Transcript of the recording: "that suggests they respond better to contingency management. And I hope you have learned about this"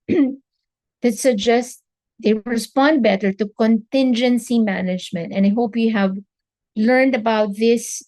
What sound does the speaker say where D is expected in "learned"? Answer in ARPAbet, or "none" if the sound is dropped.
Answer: D